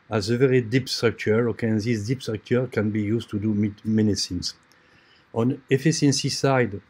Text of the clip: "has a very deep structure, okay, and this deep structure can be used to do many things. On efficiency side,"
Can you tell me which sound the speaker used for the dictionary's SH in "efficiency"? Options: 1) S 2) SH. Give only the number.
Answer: 1